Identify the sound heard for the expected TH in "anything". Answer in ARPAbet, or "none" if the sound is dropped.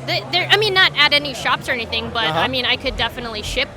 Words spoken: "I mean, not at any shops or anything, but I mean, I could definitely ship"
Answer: TH